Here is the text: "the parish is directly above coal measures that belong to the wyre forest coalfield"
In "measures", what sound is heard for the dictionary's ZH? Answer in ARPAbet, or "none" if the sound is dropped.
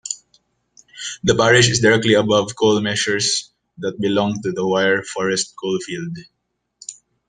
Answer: SH